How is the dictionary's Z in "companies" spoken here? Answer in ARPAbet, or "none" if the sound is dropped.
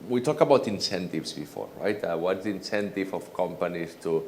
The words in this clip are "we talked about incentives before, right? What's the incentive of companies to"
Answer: S